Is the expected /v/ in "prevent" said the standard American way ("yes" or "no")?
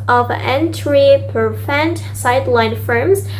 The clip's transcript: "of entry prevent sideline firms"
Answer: no